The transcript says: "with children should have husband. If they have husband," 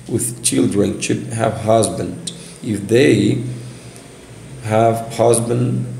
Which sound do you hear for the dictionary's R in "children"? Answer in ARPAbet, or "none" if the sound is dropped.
R